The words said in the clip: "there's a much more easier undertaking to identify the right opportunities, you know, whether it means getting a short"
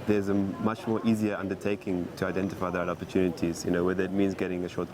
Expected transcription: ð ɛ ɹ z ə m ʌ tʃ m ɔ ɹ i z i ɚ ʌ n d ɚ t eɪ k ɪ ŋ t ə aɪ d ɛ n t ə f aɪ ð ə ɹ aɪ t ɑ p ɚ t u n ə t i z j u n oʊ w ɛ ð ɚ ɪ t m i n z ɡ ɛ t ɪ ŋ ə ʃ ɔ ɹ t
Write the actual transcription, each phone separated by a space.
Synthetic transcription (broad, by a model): ð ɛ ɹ z ə m ʌ tʃ m ɔ ɹ i z i ɚ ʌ n d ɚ t eɪ k ɪ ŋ t ə aɪ d ɛ n t ə f aɪ ð ə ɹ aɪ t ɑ p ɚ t u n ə t i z j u n oʊ w ɛ ð ɚ ɪ t m i n z ɡ ɛ t ɪ ŋ ə ʃ ɔ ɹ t